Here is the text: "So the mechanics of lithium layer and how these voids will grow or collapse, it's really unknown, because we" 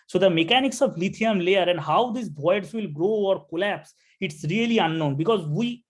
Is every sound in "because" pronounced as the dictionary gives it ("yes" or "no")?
yes